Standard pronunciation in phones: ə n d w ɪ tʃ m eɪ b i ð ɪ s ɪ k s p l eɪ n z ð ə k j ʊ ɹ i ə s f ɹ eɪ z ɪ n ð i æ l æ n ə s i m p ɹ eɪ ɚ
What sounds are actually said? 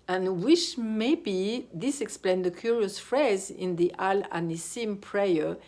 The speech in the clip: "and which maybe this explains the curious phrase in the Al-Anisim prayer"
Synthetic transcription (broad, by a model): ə n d w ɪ ʃ m eɪ b i ð ɪ s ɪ k s p l eɪ n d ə k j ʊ ɹ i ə s f ɹ eɪ z ɪ n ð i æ l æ n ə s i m p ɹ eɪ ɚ